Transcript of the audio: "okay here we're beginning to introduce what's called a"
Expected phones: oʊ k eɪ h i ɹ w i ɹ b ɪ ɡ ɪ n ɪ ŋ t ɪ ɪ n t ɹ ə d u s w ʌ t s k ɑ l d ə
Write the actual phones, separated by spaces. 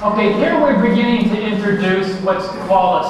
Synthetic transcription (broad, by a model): oʊ k eɪ h i ɹ w i ɹ b ɪ ɡ ɪ n ɪ ŋ t ɪ ɪ n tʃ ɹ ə d u s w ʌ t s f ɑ l ə